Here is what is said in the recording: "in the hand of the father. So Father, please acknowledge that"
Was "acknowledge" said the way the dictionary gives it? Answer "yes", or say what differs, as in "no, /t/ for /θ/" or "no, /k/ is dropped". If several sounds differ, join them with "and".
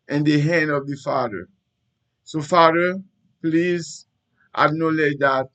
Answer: no, /k/ is dropped